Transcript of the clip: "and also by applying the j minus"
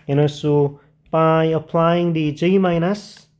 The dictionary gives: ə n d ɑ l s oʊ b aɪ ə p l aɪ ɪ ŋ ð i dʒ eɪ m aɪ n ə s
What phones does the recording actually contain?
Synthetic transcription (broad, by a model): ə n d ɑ s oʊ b aɪ ə p l aɪ ɪ ŋ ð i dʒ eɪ m aɪ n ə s